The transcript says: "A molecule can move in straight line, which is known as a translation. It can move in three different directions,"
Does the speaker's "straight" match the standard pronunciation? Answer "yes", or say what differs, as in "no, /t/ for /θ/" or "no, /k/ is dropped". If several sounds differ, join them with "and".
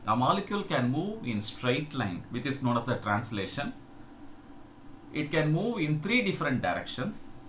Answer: yes